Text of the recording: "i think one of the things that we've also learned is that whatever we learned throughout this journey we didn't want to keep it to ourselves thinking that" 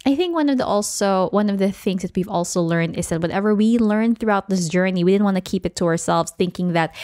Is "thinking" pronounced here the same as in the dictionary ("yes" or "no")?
yes